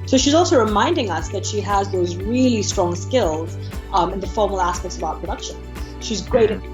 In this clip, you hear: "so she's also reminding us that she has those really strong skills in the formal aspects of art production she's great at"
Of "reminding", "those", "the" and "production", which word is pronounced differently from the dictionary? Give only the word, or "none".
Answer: none